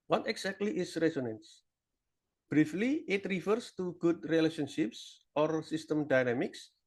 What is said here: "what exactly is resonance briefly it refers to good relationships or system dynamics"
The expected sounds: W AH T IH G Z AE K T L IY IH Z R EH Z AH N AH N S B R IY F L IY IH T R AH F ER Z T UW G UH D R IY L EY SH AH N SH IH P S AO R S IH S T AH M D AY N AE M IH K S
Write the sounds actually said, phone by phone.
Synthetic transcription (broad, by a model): W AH T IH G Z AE K T L IY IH S R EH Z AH N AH N S B R IY F L IY IH T R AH F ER S T UW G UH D R IY L EY SH AH N SH IH P S AO R S IH S T AH M D AY N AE M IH K S